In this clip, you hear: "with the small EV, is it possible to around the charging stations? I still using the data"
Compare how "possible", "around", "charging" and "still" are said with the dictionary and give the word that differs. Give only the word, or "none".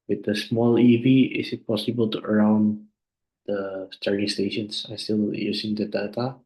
charging